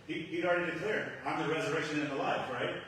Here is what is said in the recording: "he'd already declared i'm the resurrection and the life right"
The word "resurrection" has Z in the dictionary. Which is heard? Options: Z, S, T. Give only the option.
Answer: Z